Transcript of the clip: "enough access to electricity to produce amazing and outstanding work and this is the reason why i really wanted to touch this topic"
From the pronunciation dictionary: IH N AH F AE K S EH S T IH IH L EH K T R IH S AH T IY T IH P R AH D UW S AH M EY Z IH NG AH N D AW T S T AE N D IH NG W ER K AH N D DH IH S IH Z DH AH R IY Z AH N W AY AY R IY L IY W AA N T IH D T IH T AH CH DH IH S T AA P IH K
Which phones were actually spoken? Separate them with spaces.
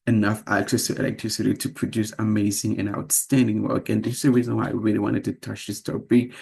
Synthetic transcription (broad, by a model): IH N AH F AE K S EH S T IH IH L EH K T R IH S AH T IY T IH P R AH D UW S AH M EY Z IH NG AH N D AW T S T AE N D IH NG W ER K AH N DH IH S IH Z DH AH R IY Z AH N W AY AY R IY L IY W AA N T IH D T IH T AH CH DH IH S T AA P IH